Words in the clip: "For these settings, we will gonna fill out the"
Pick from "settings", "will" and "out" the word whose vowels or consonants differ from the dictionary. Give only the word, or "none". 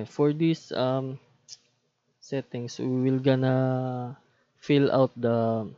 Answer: settings